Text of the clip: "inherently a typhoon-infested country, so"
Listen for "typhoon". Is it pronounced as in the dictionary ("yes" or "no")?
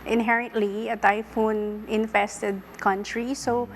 yes